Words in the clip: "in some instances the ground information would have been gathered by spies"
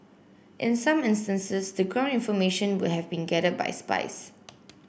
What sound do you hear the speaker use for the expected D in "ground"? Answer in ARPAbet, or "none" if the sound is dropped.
none